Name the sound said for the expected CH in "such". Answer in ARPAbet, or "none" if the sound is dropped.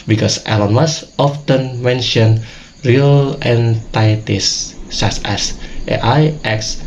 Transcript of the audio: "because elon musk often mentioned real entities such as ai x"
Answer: S